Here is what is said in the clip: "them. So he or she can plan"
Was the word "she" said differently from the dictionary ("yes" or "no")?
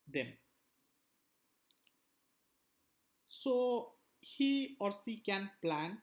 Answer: yes